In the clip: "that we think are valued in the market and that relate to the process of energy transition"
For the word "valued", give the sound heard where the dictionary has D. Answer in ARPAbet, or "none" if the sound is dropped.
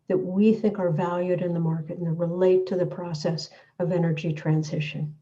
D